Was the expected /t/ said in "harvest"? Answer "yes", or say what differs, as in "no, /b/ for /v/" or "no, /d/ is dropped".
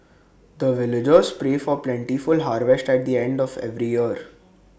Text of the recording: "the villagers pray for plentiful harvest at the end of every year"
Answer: yes